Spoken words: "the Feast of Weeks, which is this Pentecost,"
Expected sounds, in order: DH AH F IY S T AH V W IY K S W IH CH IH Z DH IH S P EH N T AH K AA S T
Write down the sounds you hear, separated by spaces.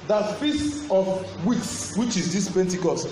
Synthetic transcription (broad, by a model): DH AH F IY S AH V W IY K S W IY CH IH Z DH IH S P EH N T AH K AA S T